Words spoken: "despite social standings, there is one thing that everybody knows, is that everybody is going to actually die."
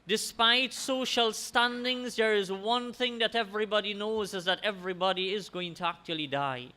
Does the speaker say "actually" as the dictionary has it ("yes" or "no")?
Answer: yes